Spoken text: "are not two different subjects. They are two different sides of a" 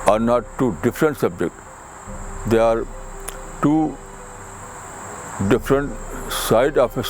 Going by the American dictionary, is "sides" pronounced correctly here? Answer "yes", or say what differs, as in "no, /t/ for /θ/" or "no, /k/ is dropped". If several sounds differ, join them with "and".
no, /z/ is dropped